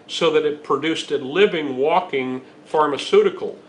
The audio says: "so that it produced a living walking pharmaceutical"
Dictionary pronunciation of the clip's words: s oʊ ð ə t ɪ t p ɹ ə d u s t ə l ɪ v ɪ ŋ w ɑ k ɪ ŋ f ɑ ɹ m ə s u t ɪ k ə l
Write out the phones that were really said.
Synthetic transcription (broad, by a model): s oʊ ð ə t ɪ t p ɹ ə d u s t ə l ɪ v ɪ ŋ w ɑ k ɪ ŋ f ɑ ɹ m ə s u t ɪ k l